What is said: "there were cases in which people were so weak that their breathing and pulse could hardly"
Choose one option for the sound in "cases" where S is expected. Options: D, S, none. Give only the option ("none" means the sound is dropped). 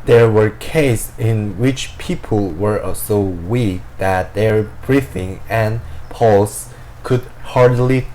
none